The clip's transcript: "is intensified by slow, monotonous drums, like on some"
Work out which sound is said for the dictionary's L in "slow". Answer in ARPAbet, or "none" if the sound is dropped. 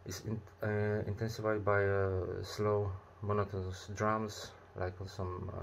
L